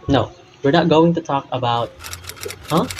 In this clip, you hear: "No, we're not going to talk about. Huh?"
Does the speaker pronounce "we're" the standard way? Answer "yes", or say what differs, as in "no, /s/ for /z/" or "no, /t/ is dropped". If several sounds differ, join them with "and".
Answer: yes